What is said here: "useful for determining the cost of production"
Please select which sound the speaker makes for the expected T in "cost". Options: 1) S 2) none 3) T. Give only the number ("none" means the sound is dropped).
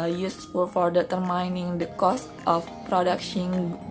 3